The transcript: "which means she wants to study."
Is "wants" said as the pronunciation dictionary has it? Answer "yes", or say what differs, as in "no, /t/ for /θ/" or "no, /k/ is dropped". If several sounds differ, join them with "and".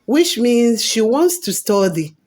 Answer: yes